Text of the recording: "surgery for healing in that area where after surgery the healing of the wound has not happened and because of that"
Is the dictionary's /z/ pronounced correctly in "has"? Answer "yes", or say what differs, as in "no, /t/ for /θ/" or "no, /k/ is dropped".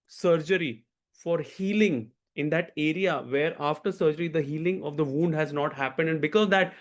yes